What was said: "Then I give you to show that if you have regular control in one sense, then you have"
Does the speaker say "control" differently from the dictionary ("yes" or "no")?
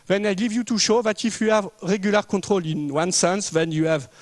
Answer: yes